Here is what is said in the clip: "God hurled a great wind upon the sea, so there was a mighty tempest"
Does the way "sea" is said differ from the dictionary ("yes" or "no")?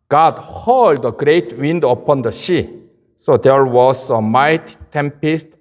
yes